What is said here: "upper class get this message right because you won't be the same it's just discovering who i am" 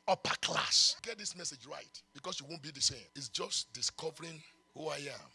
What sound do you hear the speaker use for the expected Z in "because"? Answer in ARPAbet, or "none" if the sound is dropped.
S